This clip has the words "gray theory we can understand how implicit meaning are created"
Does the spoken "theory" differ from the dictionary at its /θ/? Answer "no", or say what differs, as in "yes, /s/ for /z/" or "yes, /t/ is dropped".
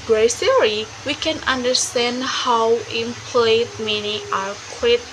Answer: yes, /s/ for /θ/